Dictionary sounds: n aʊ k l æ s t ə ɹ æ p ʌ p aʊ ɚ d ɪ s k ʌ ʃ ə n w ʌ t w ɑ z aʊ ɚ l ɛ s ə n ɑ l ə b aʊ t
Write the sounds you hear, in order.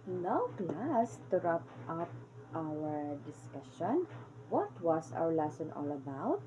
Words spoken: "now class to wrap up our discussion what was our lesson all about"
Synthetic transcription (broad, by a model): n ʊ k l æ s t ə ɹ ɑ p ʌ p aʊ ɚ d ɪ s k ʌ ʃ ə n w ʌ t w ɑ s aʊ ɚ l ɛ s ə n ɑ l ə b aʊ t